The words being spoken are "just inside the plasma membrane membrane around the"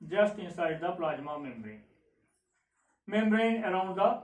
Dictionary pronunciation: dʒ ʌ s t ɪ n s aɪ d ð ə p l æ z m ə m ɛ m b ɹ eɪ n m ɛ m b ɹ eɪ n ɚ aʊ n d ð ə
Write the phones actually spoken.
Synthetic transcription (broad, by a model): dʒ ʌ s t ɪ s aɪ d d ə p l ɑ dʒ m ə m ɛ m b ɹ eɪ n m ɛ m b ɹ eɪ n ɚ aʊ n d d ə